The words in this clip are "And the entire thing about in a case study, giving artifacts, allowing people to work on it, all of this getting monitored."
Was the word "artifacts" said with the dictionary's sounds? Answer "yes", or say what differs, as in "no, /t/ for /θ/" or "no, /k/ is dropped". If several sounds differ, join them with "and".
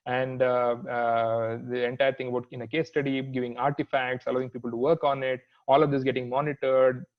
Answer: yes